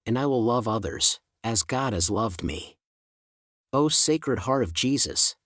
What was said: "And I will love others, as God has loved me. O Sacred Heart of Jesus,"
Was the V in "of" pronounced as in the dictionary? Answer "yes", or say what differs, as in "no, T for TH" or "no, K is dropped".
yes